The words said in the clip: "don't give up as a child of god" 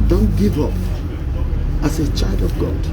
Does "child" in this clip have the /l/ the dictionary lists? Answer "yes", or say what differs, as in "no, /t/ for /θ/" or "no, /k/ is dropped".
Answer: yes